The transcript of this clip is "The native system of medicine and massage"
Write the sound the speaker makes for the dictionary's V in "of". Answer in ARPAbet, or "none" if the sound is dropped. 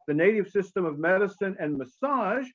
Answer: V